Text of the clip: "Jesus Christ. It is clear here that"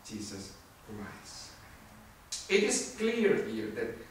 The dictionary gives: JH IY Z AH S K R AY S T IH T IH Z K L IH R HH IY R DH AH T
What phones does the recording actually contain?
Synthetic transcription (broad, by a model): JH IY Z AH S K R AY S IH T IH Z K L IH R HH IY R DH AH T